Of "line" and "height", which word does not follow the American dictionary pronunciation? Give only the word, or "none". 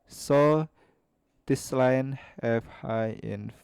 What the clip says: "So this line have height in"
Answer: height